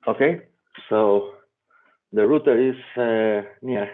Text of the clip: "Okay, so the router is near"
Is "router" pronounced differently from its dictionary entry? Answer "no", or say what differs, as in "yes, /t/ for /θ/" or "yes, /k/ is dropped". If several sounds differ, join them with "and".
no